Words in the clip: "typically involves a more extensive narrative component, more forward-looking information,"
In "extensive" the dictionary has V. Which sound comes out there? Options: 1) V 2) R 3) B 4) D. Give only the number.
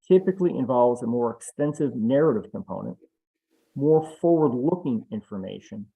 1